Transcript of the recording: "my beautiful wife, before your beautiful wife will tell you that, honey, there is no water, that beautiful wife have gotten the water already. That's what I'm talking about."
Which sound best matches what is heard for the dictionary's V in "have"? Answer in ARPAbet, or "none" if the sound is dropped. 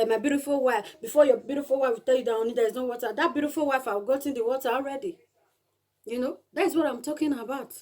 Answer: W